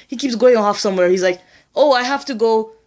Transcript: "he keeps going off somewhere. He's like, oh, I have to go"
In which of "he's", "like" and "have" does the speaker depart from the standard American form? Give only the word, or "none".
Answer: have